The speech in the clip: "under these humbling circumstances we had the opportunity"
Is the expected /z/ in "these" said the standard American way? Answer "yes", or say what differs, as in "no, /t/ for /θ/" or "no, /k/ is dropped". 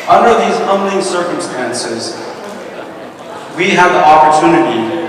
yes